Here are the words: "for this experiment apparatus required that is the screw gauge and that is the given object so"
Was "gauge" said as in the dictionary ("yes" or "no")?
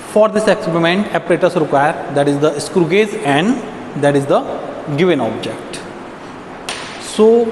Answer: no